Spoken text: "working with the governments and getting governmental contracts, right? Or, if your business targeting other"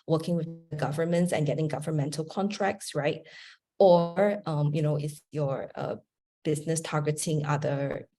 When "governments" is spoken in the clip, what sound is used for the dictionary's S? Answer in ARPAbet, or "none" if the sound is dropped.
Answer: S